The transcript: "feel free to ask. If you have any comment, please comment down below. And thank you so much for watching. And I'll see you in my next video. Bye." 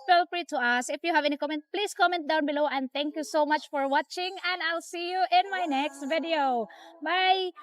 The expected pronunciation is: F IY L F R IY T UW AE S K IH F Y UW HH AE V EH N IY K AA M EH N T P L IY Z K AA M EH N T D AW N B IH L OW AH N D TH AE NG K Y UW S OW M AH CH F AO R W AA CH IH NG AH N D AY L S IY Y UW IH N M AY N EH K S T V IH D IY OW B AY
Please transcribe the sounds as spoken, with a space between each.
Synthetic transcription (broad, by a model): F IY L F R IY T UW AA S IH F Y UW HH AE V EH N IY K AA M EH N T P L IY S K AA M EH N T D AW N B IH L OW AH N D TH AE NG K Y UW S OW M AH CH F AO R W AA CH IH NG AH N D AY L S IY Y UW IH N M AY N EH K S T V IH D IY OW B AY